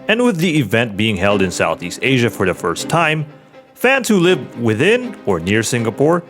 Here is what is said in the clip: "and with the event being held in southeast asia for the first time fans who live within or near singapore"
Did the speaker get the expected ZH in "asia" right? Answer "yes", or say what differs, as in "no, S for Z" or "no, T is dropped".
yes